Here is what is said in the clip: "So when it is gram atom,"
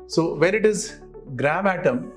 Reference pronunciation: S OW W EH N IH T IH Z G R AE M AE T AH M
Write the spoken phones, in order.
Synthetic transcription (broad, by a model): S OW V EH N IH T IH Z G R AE M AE T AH M